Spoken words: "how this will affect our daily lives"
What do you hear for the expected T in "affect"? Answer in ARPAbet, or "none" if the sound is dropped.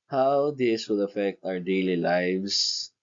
T